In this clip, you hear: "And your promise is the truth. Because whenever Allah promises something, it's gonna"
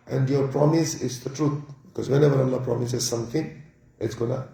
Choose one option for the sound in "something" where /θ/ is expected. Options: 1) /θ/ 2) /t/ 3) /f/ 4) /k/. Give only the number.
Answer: 2